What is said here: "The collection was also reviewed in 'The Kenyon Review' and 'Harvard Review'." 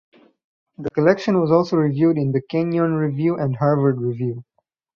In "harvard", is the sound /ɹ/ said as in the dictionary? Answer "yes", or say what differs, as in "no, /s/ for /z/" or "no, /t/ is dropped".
yes